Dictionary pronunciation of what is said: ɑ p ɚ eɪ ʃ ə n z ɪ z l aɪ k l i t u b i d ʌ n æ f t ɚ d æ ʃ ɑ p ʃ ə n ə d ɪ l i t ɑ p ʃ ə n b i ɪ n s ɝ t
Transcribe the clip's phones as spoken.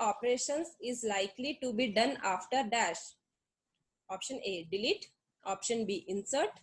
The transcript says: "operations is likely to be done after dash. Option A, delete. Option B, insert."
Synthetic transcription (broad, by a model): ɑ p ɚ eɪ ʃ ə n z ɪ z l aɪ k l i t u b i d ʌ n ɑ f t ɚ d æ ʃ ɑ p ʃ ə n ə d ɪ l i t ɑ p ʃ ə n b i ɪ n s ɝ t